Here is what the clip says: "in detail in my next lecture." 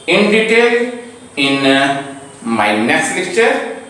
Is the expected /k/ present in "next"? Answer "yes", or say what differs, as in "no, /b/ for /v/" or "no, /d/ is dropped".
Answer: no, /k/ is dropped